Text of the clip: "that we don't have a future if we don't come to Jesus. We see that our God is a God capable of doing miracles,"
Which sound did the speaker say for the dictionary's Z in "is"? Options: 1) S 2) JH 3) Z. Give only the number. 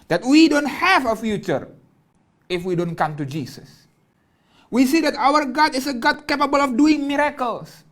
1